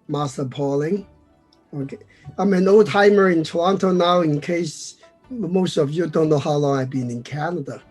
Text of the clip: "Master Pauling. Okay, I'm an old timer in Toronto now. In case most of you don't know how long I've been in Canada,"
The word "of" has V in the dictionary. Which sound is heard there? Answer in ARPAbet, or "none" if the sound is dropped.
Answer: V